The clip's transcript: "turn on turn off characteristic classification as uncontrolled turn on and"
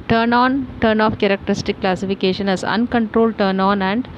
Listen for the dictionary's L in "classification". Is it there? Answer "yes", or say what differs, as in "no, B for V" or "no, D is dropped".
yes